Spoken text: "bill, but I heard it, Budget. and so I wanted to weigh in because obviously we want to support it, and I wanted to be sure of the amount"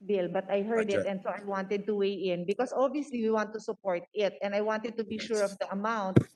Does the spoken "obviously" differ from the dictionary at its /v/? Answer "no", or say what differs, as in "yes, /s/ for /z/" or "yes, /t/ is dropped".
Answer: yes, /v/ is dropped